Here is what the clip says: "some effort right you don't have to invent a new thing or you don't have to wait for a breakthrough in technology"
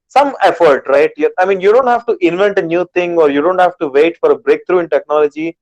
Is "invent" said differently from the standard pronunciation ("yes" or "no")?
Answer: no